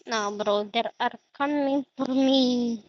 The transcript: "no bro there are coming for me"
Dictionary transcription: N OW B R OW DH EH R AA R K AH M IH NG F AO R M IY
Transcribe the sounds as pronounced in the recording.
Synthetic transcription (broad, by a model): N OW B R OW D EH R AA R K AH M IH NG F AO R M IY